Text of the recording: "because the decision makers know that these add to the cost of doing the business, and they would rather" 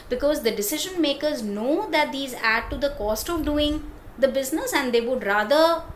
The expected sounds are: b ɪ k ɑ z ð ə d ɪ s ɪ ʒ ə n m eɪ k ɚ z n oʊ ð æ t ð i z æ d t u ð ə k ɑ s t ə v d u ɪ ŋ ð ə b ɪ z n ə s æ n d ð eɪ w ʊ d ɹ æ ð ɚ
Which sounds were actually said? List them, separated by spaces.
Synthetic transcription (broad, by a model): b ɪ k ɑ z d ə d ɪ s ɪ ʒ ə n m eɪ k ɚ z n oʊ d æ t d i z æ d t u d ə k ɑ s t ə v d u ɪ ŋ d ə b ɪ z n ə s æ n d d eɪ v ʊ d ɹ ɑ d ɚ